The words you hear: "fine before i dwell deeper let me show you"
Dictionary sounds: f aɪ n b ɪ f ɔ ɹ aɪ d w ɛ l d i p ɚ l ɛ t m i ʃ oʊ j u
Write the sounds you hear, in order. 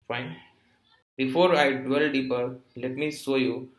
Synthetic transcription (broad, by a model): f aɪ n b ɪ f ɔ ɹ aɪ d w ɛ l d i p ɚ l ɛ t m i s oʊ j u